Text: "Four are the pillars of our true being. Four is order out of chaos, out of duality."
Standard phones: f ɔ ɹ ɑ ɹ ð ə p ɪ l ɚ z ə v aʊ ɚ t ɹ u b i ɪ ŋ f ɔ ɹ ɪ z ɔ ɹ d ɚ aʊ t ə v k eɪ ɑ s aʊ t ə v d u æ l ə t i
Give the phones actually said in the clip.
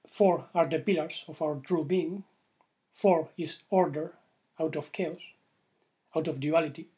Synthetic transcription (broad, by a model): f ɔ ɹ ɑ ɹ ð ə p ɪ l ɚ s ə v aʊ ɚ t ɹ u b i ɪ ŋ f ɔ ɹ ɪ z ɔ ɹ d ɚ aʊ t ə f k eɪ ɑ s aʊ t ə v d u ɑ l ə t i